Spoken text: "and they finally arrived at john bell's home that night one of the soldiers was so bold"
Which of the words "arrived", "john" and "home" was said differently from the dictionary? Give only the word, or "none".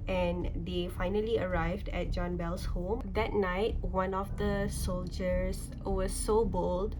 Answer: none